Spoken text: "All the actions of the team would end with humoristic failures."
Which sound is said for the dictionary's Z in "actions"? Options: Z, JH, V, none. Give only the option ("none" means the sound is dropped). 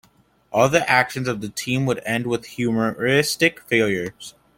Z